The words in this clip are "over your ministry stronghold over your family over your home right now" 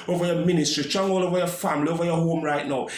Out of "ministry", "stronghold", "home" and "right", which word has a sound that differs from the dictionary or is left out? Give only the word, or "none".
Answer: stronghold